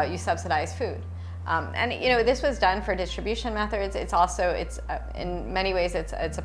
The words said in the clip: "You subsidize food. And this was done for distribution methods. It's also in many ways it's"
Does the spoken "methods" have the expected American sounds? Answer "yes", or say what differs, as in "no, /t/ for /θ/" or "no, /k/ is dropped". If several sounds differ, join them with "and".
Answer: yes